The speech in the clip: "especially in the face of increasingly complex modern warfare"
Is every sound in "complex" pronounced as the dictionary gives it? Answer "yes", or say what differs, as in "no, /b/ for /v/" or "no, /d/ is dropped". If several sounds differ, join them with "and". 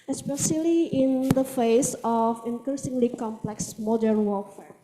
yes